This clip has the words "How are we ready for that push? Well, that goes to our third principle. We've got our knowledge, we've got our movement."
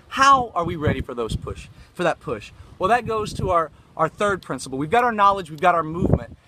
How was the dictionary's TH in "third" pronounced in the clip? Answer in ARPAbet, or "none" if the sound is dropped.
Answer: TH